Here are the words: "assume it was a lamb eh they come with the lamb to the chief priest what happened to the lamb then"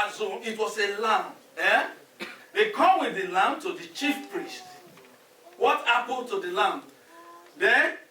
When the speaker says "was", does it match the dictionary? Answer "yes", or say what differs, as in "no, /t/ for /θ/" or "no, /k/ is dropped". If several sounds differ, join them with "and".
no, /s/ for /z/